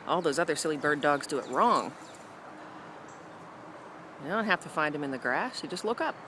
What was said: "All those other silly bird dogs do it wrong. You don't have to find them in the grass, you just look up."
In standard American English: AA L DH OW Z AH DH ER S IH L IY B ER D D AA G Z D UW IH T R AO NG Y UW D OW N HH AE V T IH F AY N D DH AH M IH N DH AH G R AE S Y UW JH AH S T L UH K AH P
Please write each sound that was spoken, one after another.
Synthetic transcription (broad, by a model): AA L DH OW Z AH DH ER S IH L IY B ER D D AA G Z D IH IH T R AO NG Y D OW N HH AE F T IH F AY N D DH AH M IH N DH AH G R AE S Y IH JH AH S T L UH K AH P